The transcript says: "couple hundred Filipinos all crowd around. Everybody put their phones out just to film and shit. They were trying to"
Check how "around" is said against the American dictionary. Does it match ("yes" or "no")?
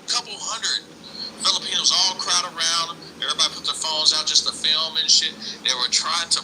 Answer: yes